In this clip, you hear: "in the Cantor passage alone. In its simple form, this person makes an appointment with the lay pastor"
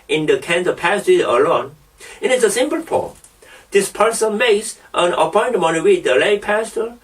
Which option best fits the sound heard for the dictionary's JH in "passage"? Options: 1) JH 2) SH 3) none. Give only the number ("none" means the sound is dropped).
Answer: 3